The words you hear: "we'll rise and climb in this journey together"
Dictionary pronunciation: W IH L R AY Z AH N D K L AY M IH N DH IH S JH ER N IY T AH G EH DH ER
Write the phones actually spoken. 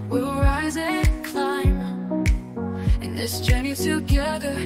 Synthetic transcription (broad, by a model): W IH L R AY Z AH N K L AY M IH N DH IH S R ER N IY T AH G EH DH ER